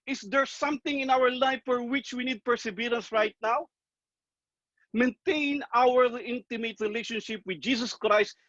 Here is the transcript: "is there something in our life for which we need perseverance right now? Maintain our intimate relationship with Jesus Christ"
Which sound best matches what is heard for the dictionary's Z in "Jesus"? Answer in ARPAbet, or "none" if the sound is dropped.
S